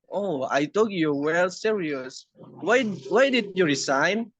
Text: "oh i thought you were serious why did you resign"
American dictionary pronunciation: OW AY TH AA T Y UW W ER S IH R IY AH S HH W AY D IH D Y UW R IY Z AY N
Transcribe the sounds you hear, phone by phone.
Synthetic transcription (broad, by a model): OW AY T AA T Y UW W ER S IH R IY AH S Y W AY D IH D Y UW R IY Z AY N